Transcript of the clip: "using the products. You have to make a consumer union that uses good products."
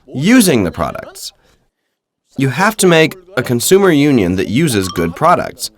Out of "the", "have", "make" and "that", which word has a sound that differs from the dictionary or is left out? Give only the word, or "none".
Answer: have